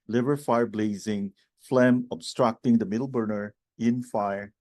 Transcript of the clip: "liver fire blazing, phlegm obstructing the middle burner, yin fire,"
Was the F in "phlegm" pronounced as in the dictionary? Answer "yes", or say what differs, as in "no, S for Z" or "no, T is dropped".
yes